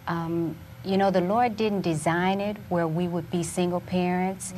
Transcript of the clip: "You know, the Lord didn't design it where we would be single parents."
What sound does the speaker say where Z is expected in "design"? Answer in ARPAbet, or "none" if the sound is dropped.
Z